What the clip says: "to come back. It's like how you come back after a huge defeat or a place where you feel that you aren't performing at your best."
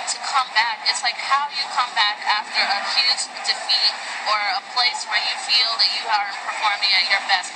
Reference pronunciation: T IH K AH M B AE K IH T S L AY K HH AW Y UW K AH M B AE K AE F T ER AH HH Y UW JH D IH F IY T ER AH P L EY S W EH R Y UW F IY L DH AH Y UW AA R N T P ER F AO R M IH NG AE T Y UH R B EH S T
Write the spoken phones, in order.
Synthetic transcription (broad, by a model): T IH K AH M B AE K IH T S L AY K HH AW Y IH K AH M B AE K AE F T ER AH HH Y UW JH D IH F IY T ER AH P L EY S W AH R Y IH F IY L DH AH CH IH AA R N P ER F AO R M IH NG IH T Y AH R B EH S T